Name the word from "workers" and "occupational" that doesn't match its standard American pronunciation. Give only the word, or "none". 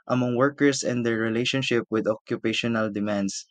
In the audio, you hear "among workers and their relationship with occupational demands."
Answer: workers